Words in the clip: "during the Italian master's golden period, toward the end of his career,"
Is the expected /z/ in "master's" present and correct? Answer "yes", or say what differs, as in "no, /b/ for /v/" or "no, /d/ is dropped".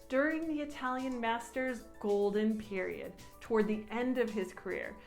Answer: yes